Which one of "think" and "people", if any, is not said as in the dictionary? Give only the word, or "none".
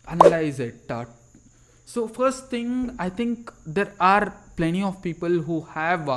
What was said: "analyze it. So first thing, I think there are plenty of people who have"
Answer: think